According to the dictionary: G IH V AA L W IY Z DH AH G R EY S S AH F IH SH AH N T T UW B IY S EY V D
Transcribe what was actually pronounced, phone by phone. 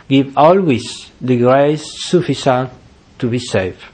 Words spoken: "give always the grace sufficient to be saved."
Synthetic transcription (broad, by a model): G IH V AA L W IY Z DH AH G R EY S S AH F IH S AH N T T UW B IY S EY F